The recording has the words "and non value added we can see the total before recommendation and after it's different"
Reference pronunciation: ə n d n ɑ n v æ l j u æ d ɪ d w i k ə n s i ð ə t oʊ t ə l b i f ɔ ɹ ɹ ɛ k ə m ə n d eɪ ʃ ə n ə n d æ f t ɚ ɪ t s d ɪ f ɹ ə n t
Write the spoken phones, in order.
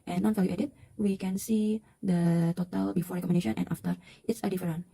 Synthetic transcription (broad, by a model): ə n n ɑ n f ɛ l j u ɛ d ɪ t w i k ə n s i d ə t oʊ t ə l b i f ɔ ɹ ɹ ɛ k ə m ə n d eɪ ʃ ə n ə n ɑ f t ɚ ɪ t s d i f ɹ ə n